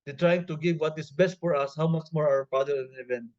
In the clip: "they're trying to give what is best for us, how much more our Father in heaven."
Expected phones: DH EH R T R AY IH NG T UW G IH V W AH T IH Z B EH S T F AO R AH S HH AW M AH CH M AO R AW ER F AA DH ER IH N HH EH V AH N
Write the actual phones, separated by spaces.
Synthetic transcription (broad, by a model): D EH T R AY IH NG T UW G IH V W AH T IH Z B EH S T F AO R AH S HH AW M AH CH M AO R AW ER P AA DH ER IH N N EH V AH N